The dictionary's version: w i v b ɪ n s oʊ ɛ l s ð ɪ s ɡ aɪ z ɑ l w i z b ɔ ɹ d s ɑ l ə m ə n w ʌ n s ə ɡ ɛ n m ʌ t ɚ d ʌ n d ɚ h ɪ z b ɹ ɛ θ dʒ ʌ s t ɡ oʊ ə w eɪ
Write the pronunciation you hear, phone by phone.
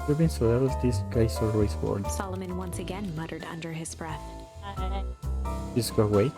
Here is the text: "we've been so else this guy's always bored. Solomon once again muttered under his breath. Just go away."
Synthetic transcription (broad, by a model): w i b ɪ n s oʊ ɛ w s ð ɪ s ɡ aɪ s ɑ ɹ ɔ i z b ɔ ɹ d s ɑ l ə m ə n w ʌ n s ə ɡ ɛ n m ʌ t ɚ d ʌ n d ɚ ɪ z b ɹ ɛ θ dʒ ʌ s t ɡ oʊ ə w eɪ